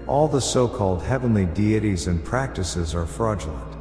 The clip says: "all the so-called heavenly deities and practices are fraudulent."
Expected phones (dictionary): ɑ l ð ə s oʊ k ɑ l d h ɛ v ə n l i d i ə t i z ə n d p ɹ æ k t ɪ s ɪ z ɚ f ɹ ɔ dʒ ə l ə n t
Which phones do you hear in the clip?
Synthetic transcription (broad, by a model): ɑ l ð ə s oʊ k ɑ l d h ɛ v ə n l i d i ə t i z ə n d p ɹ æ k t ɪ s ɪ z ɚ f ɹ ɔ dʒ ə l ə n t